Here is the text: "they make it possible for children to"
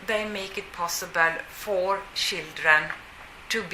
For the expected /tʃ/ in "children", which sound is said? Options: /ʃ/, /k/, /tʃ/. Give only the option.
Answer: /ʃ/